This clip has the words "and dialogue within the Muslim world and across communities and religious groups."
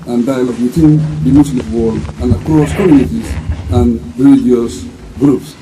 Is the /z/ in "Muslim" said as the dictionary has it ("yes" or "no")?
no